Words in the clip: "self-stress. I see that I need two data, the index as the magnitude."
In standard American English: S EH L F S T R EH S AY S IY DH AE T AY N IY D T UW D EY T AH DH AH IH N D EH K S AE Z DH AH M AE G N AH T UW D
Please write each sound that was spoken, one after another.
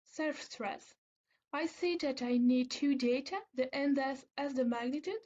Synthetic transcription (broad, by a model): S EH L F S T R EH S AY S IY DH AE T AY N IY D T UW D EY T AH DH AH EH N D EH S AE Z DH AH M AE G N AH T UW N